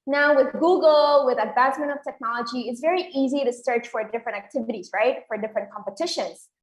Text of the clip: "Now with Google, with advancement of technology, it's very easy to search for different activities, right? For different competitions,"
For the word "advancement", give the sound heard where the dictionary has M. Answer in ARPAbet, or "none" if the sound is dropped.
M